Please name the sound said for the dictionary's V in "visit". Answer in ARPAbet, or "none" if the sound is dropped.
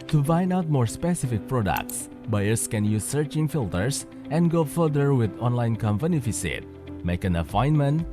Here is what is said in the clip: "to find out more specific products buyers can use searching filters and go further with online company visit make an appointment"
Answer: F